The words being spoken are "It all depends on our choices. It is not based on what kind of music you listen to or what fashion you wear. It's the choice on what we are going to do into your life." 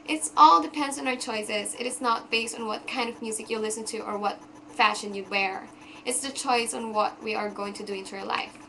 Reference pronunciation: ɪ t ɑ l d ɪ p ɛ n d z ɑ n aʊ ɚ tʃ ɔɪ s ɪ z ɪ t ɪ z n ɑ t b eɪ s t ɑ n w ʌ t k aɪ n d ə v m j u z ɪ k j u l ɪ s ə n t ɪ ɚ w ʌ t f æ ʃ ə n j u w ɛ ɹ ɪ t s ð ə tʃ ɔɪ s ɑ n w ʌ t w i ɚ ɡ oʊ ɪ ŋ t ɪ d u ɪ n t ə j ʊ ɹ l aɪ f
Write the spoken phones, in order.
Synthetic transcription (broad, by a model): ɪ t ɑ l d ɪ p ɛ n d z n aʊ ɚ tʃ ɔɪ s ɪ z ɪ t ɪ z n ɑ t b eɪ s t n w ʌ t k aɪ n d ə v m j u z ɪ k j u l ɪ s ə n t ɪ ɚ w ʌ t f æ ʃ ə n j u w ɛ ɹ ɪ t s ð ə tʃ ɔɪ s n w ʌ t w i ɚ ɡ oʊ ɪ ŋ t ɪ d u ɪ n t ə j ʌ ɹ l aɪ f